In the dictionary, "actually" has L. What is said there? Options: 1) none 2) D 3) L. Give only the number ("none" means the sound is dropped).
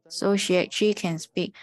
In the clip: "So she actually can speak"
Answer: 1